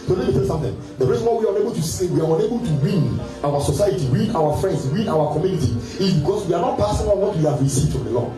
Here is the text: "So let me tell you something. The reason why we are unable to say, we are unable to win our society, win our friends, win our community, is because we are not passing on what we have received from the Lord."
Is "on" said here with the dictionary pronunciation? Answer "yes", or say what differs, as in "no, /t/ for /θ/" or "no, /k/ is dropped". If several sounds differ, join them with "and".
no, /l/ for /n/